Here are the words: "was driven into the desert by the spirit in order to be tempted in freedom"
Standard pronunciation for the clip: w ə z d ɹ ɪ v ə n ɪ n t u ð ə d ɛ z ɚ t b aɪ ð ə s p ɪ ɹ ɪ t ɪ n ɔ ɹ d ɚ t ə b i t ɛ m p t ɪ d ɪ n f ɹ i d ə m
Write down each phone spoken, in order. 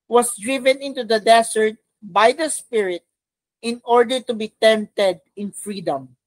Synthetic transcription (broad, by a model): w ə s d ɹ ɪ v ə n ɪ n t u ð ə d ɛ s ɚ t b aɪ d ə s p ɪ ɹ ɪ t ɪ n ɔ ɹ d ɚ t ə b i t ɛ m p t ɪ d ɪ n f ɹ i d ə m